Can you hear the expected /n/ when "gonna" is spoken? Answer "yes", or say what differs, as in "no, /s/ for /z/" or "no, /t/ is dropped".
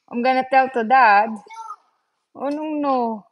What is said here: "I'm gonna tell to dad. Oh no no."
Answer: yes